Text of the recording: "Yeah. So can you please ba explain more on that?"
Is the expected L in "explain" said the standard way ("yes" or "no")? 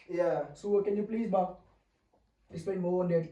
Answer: no